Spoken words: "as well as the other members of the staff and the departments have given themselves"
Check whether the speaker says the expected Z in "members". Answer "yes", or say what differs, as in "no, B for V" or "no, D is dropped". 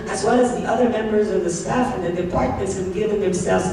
yes